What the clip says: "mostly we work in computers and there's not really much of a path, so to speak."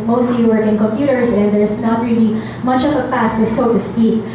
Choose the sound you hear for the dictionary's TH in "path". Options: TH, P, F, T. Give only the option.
T